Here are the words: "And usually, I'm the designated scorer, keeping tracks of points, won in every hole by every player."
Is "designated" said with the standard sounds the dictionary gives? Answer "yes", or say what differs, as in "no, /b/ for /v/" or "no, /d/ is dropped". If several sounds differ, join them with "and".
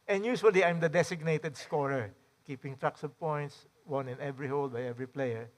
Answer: no, /s/ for /z/